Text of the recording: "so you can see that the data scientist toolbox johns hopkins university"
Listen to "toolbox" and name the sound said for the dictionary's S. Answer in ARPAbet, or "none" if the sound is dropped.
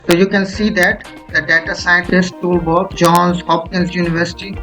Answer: none